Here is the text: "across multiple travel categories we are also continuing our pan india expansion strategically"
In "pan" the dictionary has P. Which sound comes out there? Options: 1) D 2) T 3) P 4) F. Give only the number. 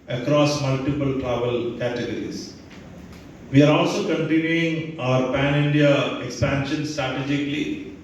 3